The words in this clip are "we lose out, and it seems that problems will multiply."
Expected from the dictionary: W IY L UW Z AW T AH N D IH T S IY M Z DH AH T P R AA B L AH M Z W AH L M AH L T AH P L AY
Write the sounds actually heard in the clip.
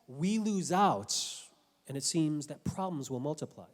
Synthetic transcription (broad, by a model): W IY L UW Z AW T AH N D IH T S IY M Z DH AH T P R AA B L AH M Z W AH L M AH L T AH P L AY